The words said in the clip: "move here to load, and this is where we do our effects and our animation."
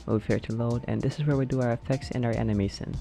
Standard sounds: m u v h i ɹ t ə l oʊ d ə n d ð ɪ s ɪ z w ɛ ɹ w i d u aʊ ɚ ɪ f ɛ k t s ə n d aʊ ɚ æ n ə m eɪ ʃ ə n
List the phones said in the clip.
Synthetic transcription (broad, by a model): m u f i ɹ t ə l oʊ d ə n ð ɪ s ɪ z w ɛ ɹ w i d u aʊ ɚ ɪ f ɛ k t s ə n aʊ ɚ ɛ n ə m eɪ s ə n